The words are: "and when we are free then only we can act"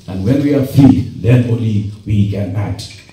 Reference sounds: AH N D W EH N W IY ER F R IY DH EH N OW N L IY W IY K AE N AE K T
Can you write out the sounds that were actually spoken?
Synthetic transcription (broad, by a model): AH N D W EH N W IY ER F IY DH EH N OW L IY W IY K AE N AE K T